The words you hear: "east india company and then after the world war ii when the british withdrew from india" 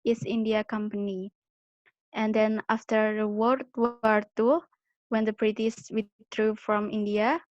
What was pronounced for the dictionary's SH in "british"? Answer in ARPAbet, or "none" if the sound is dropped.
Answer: S